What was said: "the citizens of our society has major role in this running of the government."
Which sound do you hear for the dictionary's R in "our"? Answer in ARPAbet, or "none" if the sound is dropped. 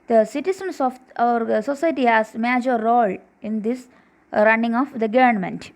R